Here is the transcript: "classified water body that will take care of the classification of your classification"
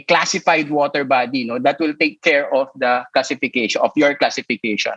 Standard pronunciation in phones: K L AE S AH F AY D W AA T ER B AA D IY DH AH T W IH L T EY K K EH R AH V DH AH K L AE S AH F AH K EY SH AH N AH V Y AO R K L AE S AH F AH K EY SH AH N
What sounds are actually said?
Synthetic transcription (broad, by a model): K L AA S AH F AY D W AA T ER B AA D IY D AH T W IH L T EY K K EH R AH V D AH K L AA S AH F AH K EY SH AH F Y AO R K L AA S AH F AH K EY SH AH N